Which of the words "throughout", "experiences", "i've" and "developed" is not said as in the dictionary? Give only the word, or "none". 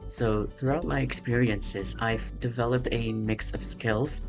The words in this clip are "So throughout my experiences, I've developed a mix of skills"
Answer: none